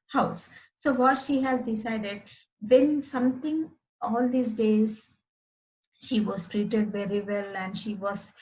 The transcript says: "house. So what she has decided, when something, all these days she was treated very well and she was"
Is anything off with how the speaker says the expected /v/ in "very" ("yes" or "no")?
no